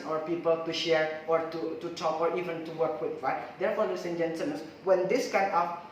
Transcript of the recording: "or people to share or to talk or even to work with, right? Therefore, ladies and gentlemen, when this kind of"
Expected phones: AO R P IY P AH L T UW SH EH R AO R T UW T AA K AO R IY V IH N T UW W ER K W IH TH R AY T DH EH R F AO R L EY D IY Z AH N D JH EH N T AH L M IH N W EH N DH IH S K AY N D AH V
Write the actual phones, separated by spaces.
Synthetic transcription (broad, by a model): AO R P IY P AH L T UW SH EH R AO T T UW T AA K AO R IY V IH N T UW W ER K W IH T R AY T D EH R F AO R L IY S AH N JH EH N S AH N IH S W EH N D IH S K AY N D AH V